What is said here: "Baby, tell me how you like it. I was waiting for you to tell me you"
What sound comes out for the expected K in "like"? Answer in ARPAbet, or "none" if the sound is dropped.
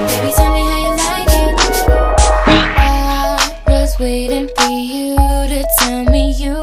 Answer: none